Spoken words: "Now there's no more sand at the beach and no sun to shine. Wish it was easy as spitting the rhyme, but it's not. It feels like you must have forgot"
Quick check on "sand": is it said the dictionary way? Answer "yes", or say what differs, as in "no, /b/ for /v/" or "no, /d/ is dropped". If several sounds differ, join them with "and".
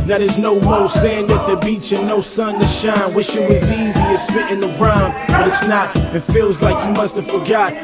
yes